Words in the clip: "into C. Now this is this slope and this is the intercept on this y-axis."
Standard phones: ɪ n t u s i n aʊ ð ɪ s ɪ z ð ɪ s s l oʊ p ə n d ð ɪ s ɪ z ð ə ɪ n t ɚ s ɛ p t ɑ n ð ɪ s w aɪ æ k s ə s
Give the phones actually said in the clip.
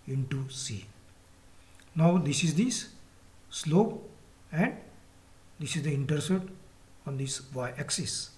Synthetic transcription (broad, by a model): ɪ n t u s i n aʊ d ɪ s ɪ z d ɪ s s l oʊ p ə n d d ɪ s ɪ z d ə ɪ n t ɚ s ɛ t ɑ n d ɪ s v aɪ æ k s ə s